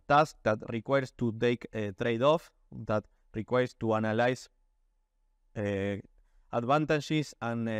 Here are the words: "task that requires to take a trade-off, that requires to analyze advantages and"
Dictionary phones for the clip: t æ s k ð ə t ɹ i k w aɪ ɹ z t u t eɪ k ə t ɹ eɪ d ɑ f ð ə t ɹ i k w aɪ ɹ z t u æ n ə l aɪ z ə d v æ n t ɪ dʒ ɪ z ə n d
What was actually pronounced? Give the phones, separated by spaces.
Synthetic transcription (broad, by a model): t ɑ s k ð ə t ɹ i k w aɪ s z t u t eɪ k t ɹ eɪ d ɑ f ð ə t ɹ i k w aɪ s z t u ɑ n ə l aɪ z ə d b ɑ n t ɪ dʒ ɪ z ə n